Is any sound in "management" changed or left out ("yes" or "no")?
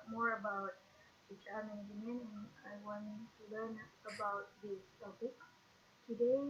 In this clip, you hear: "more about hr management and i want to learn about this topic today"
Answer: yes